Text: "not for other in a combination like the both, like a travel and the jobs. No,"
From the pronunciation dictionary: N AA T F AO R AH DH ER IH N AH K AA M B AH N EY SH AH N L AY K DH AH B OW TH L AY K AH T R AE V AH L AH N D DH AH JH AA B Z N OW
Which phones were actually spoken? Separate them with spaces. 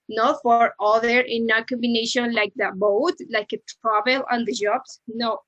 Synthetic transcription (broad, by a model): N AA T F AO R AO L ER IH N AH K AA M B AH N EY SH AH N L AY K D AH B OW T L AY K AH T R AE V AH L AH N D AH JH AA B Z N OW